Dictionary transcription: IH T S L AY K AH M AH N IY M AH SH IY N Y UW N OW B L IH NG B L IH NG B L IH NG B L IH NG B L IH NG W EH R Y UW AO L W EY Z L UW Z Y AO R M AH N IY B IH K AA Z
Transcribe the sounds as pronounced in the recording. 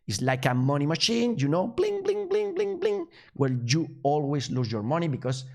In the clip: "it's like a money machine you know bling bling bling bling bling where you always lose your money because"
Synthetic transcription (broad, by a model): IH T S L AY K AH M AH N IY M AH SH IY N Y UW N OW B L IH NG B L IH NG B L IH NG B L IH NG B L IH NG W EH L Y UW AO L W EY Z L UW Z Y AO R M AH N IY B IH K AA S